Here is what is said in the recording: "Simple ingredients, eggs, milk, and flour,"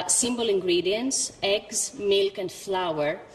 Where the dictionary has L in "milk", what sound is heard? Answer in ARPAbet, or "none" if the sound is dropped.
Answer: L